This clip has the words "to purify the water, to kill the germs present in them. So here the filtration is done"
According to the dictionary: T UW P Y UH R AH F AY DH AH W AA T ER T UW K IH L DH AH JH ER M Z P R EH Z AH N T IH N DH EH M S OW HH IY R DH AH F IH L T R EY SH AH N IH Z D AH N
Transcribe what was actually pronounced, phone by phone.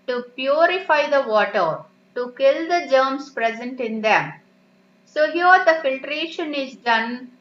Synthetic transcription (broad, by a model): T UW P Y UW R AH F AY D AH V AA T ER T UW K IH L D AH JH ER M S P R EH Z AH N T IH N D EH M S OW HH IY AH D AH F IH L T R EY SH AH N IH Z D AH N